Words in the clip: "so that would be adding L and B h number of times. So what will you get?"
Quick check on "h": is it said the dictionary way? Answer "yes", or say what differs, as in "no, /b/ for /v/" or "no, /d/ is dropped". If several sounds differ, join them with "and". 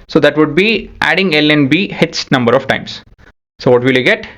no, /s/ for /tʃ/